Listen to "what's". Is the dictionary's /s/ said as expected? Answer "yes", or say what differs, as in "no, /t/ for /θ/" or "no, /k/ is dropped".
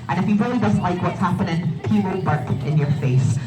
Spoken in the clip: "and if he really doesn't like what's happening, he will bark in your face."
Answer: yes